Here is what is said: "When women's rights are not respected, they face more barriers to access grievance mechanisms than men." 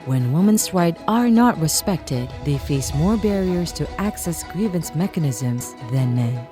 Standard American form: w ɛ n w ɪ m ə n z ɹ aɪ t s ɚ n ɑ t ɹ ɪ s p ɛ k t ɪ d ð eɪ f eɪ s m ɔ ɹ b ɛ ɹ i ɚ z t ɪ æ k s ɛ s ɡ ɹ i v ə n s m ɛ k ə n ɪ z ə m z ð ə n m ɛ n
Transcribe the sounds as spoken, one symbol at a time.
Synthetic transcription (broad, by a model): w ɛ n w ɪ m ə n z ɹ aɪ t ɚ n ɑ t ɹ ɪ s p ɛ k t ɪ d ð eɪ f eɪ s m ɔ ɹ b ɛ ɹ i ɚ z t ɪ æ k s ɛ s ɡ ɹ i v ə n s m ɛ k ə n ɪ z ə m z ð ə n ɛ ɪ